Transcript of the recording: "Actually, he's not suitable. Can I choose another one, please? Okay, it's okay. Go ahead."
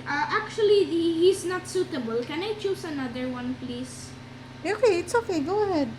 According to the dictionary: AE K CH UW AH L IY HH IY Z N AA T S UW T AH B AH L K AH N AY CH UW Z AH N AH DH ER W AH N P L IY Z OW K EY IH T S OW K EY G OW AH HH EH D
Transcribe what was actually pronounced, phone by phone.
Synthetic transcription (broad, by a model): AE K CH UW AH L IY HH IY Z N AA T S UW T AH B AH L K AH N AY CH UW S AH N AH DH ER W AH N P L IY S OW K EY IH T S OW K EY G OW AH HH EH D